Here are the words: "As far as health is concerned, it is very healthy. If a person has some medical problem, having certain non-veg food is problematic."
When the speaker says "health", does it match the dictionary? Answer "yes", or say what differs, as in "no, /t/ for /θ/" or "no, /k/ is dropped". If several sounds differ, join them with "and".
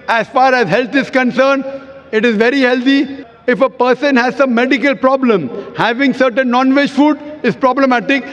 no, /t/ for /θ/